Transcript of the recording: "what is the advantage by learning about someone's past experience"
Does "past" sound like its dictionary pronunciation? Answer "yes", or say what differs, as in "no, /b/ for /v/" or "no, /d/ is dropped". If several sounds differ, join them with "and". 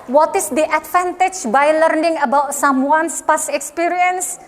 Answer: no, /t/ is dropped